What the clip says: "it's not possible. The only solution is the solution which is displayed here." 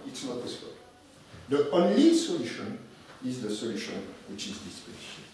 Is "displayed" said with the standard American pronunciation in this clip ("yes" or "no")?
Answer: no